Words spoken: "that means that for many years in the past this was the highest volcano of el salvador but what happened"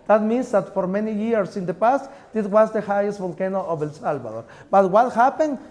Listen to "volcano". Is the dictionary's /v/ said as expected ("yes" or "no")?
no